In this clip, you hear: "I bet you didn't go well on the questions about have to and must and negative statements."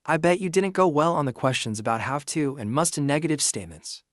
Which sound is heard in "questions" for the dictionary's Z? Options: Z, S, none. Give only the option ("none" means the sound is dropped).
Z